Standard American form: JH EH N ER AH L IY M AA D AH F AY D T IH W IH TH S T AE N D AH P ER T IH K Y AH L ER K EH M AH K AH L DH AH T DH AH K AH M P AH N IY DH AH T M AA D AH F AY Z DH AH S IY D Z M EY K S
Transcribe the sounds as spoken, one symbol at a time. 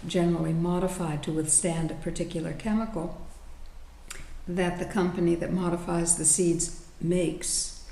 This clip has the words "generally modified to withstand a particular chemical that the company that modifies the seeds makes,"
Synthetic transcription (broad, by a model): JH EH N ER L IY M AA D AH F AY D T IH W IH TH S T AE N D AH P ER T IH K Y L ER K EH M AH K L DH AH T DH AH K AH M P AH N IY DH AH T M AA D AH F AY Z DH AH S IY D Z M EY K S